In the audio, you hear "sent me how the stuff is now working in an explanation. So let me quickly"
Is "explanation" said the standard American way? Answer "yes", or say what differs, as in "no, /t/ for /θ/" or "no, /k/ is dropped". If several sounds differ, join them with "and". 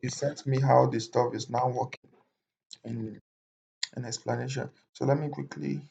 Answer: yes